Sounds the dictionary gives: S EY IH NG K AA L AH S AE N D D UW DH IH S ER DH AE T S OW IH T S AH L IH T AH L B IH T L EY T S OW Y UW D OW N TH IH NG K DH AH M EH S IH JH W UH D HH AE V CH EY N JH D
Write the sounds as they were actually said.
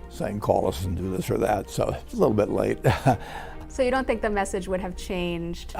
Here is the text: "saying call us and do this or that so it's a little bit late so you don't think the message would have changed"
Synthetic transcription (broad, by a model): S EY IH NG K AA L AH S N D D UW DH IH S ER DH AE T S OW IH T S AH L IH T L B IH T L EY T S OW Y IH D OW N TH IH NG K DH AH M EH S IH JH W UH D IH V CH EY N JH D